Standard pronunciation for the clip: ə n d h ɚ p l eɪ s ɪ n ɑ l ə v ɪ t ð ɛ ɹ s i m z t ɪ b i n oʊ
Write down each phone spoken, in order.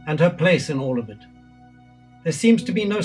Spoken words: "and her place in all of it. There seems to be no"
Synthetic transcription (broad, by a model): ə n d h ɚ p l eɪ s ɪ n ɑ l ə v ɪ t ð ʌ ɹ s i m z t ɪ b i n oʊ